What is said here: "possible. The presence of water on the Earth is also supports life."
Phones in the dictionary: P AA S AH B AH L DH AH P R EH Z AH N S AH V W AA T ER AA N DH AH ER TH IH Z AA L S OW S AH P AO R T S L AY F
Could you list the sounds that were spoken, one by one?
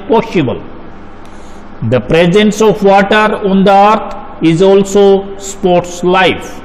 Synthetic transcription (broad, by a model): P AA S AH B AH L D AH P R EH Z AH N S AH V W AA T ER AA N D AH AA T IH Z AA L S OW S P AO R T S L AY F